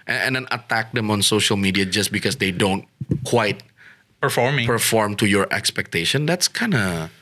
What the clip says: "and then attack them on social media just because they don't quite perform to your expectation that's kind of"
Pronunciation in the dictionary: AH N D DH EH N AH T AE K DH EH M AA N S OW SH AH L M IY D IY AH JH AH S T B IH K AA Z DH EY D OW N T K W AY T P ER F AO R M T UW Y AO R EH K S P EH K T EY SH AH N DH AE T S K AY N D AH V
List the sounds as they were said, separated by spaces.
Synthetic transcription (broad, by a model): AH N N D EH N AH T AE K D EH M AA N S OW SH AH L M IY D IY AH JH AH S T B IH K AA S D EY D OW N T K W AY T P ER F AO R M T UW Y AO R EH K S P EH K T EY SH AH N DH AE T S K AY N D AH